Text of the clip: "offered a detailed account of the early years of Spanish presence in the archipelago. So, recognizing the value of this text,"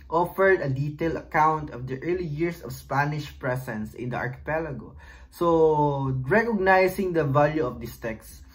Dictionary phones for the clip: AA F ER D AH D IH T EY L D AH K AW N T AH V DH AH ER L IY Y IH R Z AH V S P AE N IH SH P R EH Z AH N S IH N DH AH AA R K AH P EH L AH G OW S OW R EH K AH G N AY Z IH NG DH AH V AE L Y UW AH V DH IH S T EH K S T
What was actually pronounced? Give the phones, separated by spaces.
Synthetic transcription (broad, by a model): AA F ER D AH D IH T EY L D AH K AW N T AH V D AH ER L IY Y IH R S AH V S P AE N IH SH P R EH S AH N S IH N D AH AA R K AH P EH L AH G OW S OW R EH K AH G N AY S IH NG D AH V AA L Y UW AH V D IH S T EH K S